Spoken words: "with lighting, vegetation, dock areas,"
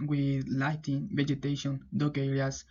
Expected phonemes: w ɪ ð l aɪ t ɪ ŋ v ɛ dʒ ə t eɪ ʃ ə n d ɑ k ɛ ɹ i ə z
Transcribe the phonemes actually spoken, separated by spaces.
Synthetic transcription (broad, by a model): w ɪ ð l aɪ t ɪ ŋ v ɛ dʒ ə t eɪ ʃ ə n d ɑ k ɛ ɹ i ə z